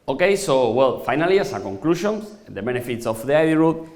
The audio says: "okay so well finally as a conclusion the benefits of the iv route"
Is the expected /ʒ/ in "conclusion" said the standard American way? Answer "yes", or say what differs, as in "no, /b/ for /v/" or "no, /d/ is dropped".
no, /ʃ/ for /ʒ/